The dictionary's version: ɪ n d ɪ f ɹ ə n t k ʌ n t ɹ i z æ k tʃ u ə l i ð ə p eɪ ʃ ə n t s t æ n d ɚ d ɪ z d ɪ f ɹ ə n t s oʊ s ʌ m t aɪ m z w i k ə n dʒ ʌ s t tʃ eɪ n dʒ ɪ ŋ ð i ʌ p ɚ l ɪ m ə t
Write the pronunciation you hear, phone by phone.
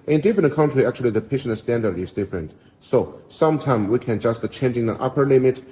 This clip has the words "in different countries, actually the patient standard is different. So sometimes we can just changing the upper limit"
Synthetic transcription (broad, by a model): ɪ n d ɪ f ɹ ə n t k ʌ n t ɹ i æ k tʃ u ə l i ð ə p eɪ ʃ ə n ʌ s t æ n d ɚ d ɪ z d ɪ f ɹ ə n t s oʊ s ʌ m t aɪ m w i k ə n dʒ ʌ s t tʃ eɪ n dʒ ɪ ŋ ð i ʌ p ɚ l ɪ m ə t